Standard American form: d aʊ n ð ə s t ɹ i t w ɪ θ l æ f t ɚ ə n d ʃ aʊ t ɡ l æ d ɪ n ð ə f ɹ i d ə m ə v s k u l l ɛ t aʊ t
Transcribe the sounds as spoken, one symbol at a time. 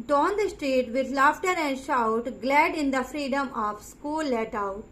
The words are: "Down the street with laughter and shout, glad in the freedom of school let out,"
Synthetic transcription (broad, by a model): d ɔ n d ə s t ɹ i t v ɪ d l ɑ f t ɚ ə n d ʃ aʊ t ɡ l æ d ɪ n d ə f ɹ i d ə m ə v s k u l l ɛ t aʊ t